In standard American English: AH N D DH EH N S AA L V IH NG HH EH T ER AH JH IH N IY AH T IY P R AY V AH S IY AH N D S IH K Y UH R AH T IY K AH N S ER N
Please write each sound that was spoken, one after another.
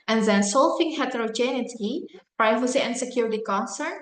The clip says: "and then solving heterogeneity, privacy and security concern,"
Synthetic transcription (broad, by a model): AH N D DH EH N S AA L F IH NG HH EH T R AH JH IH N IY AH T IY P R AY V AH S IY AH N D S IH K Y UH R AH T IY K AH N S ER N